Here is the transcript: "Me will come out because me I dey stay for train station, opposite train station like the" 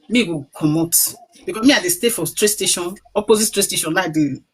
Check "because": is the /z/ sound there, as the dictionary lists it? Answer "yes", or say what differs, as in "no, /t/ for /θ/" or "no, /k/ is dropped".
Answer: no, /z/ is dropped